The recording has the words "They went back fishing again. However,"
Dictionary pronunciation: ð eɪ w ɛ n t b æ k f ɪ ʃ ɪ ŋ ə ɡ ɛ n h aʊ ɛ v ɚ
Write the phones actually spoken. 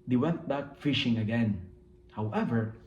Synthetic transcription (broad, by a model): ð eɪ w ɛ n t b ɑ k f ɪ ʃ ɪ ŋ ə ɡ ɛ n h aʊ ɛ v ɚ